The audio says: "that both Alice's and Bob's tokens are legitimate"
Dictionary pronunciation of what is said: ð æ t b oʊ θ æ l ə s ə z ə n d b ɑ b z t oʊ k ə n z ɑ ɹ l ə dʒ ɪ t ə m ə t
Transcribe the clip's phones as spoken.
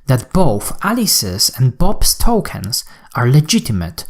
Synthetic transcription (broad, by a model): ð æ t b oʊ θ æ l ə s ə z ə n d b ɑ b s t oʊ k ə n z ɑ ɹ l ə dʒ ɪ t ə m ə t